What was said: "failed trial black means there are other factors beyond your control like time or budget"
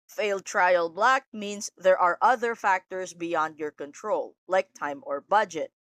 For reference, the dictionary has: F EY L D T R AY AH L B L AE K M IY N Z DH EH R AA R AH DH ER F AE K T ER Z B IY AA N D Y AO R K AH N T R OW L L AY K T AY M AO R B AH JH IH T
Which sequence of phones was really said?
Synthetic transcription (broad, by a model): F EY L D T R AY AH L B L AE K M IY N S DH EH R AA R AH DH ER F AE K T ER S B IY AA N D Y AO R K AH N T R OW L L AY K T AY M AO R B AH JH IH T